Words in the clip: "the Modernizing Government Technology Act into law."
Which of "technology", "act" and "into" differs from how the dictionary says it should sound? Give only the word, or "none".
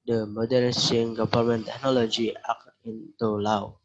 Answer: act